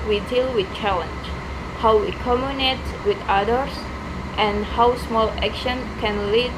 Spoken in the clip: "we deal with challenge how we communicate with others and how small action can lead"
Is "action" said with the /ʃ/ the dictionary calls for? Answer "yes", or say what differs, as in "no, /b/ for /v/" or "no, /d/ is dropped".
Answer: yes